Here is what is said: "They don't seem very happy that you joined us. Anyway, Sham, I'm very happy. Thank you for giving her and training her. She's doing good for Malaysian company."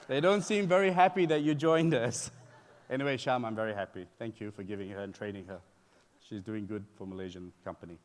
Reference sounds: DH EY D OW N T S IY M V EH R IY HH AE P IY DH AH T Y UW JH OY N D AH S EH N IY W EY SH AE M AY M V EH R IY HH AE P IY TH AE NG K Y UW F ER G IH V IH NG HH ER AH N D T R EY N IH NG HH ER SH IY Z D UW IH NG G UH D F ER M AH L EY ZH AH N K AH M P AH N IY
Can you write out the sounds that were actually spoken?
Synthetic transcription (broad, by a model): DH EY D OW N T S IY M V EH R IY HH AE P IY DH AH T Y UW JH OY N D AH S EH N IY W EY SH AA M AY M V EH R IY HH AE P IY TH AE NG K Y UW F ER G IH V IH NG HH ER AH N T R EY N IH NG HH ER SH IY Z D UW IH NG G UH D F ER M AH L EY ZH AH N K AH M P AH N IY